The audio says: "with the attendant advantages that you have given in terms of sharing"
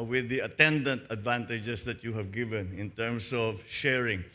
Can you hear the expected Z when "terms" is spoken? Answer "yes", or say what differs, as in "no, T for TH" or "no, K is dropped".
no, S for Z